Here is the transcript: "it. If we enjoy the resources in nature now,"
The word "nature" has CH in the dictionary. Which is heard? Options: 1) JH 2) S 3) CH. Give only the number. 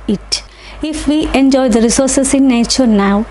3